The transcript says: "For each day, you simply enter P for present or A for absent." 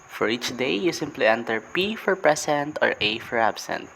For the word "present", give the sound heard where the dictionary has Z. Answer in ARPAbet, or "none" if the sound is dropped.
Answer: S